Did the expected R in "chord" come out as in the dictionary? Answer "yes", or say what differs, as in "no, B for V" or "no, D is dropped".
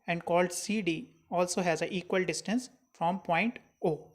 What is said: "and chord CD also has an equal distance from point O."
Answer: no, L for R